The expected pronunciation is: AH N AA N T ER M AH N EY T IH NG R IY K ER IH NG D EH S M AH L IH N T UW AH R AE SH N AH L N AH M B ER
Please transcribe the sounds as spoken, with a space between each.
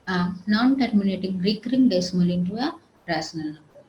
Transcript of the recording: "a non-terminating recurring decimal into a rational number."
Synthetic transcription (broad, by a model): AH N AA N T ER M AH N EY T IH NG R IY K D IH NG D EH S M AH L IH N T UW AH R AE S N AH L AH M